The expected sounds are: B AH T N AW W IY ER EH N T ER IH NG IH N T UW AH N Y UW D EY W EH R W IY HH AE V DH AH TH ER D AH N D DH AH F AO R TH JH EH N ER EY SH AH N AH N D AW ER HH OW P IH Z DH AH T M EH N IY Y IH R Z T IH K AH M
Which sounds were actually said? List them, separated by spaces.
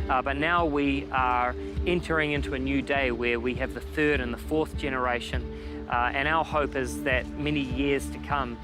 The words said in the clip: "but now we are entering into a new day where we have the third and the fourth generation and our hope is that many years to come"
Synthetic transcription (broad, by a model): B AH T N AW W IY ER EH N T ER IH NG IH N T UW AH N Y UW D EY W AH R W IY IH V DH AH TH ER D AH N DH AH F AO R TH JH EH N ER EY SH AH N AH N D AW ER HH OW P IH Z DH AH T M EH N IY Y IH R Z T IH K AH M